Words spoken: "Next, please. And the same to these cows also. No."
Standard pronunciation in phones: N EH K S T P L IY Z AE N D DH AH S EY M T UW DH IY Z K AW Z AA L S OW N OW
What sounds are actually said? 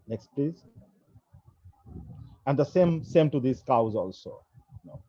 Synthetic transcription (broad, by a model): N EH K S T P L IY Z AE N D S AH S EY M T UW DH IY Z K AW Z AA L S OW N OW